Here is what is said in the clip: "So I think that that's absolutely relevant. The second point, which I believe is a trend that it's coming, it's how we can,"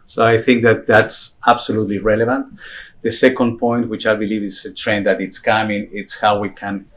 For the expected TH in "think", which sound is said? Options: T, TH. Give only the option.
TH